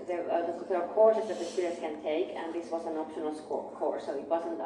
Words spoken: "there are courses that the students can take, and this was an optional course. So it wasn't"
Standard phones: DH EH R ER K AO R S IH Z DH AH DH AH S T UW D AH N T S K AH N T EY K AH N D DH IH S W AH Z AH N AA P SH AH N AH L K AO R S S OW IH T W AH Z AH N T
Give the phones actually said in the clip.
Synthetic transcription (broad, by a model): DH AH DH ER K AO R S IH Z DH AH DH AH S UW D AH T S K AH N T EY K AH N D DH IH S W AH Z AH N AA P SH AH N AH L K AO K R S OW IH T W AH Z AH N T